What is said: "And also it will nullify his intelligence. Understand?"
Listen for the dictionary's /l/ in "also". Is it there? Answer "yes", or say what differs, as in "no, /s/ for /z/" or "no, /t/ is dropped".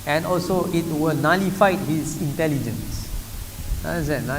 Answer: yes